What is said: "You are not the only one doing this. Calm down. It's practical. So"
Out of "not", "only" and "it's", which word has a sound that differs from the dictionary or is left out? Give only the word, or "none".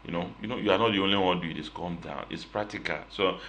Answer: none